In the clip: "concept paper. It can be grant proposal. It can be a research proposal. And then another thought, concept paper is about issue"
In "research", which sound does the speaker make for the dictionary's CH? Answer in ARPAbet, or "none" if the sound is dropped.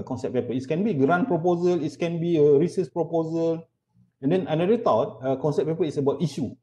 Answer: S